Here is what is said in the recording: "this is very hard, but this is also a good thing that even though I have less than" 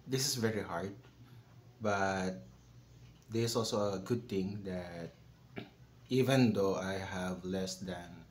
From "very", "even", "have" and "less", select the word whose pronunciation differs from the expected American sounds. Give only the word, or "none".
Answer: none